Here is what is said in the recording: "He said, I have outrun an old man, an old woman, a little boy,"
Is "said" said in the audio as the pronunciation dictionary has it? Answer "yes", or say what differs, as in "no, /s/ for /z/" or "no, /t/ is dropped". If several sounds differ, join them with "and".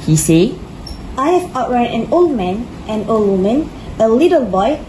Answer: no, /d/ is dropped